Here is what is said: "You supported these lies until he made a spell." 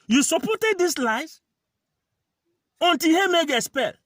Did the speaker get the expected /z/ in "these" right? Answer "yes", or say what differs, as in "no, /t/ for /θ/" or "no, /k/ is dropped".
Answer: no, /s/ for /z/